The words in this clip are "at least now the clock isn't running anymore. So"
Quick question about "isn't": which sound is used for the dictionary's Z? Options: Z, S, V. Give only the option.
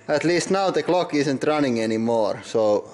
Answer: S